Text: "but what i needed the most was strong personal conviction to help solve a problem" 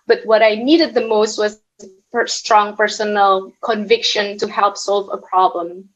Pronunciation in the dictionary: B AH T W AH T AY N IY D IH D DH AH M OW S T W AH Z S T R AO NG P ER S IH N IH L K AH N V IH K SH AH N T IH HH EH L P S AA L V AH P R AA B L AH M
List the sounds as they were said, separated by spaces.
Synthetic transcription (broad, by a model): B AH T W AH T AY N IY D IH D DH AH M OW S T W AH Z S T R AO NG P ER S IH N L K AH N V IH K SH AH N T IH HH EH L P S AA L V AH P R AA B L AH M